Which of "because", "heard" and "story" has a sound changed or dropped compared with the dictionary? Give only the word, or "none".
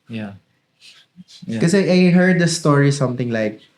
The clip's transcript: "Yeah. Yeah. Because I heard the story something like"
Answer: because